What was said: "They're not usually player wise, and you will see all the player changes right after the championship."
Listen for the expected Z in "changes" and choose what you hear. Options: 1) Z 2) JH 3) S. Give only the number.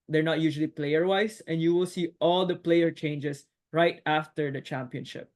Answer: 3